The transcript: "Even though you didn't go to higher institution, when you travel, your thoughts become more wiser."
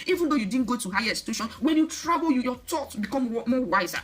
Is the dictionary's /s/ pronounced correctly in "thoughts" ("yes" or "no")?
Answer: no